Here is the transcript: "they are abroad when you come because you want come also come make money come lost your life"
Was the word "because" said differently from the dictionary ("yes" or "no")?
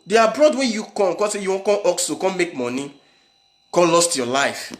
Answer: yes